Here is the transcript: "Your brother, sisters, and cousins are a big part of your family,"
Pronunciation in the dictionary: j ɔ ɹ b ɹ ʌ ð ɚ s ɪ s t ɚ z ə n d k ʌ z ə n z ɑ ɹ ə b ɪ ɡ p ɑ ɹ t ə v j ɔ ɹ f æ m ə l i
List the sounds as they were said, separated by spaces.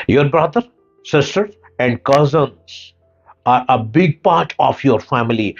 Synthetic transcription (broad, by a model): j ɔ ɹ b ɹ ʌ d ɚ s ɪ s t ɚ ə n d k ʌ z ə n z ɑ ɹ ə b ɪ ɡ p ɑ ɹ t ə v j ɔ ɹ f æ m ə l i